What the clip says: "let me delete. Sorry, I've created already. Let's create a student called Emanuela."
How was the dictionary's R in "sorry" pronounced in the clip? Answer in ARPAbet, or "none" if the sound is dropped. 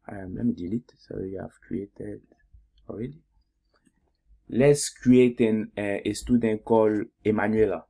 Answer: W